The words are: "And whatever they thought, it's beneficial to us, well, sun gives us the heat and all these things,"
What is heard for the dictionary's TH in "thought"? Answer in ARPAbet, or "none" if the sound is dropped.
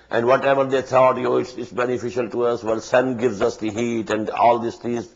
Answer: T